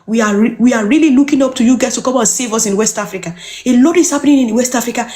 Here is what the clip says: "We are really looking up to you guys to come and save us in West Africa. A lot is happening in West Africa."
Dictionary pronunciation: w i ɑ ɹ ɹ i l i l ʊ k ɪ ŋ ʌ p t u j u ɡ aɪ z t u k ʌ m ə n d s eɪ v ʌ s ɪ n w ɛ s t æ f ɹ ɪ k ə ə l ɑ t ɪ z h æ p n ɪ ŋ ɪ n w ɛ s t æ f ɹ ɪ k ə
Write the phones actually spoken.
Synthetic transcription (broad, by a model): w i ɑ w ɹ i l i l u k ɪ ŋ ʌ p t u j u ɡ aɪ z t u k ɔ m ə n s eɪ v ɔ s ɪ n w ɛ s t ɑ f ɹ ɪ k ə ə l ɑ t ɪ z h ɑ p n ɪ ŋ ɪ n w ɛ s t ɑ f ɹ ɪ k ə